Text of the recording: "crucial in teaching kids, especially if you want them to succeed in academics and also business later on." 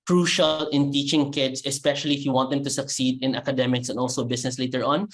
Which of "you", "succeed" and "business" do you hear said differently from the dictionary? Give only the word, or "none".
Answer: business